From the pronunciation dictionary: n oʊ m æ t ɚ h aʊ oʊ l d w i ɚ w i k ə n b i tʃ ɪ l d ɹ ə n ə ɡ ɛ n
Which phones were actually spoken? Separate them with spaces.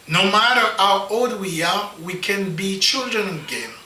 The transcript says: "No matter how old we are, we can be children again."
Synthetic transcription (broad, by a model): n oʊ m æ t ɚ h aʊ oʊ l d w i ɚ w i k ə n b i tʃ ɪ l d ɹ ə n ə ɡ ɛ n